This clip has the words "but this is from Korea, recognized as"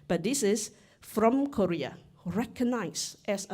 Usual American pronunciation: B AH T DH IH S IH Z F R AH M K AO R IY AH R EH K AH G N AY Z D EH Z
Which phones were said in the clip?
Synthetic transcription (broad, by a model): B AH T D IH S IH S F R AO M K AO R IY AH R EH K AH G N AY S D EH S